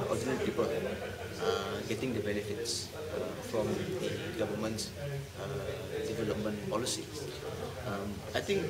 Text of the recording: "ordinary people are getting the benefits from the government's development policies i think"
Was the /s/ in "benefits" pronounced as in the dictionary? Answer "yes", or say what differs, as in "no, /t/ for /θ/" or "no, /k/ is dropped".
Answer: yes